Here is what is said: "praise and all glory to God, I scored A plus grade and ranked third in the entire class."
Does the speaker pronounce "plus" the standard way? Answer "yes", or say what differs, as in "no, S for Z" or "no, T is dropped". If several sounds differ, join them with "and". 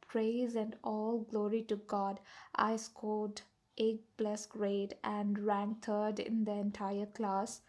no, B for P